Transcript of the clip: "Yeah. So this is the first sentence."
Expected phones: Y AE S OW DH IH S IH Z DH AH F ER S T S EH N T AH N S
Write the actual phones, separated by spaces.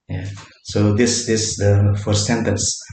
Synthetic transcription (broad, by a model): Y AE S OW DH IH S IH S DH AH F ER T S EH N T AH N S